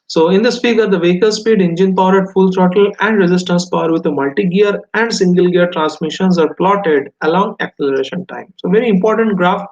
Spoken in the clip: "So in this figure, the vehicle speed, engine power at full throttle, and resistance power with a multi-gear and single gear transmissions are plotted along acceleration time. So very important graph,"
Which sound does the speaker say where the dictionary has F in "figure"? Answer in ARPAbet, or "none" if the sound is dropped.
P